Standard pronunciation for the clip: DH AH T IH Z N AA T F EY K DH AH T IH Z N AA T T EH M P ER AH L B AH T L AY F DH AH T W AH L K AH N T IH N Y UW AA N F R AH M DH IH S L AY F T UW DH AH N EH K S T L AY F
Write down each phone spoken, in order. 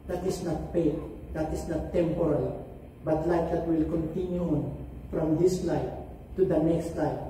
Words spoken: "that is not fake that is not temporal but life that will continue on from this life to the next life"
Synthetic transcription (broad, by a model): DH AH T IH S N AA T P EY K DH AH T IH S N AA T T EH M P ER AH L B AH T L AY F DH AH T W AH L K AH N T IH N Y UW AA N F R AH M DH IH S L AY T UW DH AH N EH K S T L AY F